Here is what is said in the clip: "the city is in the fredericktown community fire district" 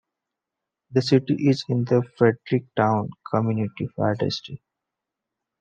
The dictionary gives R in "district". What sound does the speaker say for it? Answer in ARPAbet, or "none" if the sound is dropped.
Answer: none